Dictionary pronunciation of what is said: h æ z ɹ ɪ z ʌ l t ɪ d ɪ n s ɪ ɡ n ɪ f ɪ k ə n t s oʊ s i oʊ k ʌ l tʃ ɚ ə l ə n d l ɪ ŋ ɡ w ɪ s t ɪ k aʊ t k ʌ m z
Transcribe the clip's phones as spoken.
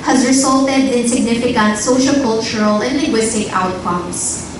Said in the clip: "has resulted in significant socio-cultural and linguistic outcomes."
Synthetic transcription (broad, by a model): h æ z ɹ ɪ s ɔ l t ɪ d ɪ n s ɪ ɡ n ɪ f ɪ k ə n t s oʊ ʃ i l k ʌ l tʃ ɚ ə l ə n d l ɪ ŋ ɡ w ɪ s t ɪ k aʊ t k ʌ m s